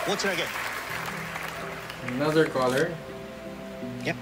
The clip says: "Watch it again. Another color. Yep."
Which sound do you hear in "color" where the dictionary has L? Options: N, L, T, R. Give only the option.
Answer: L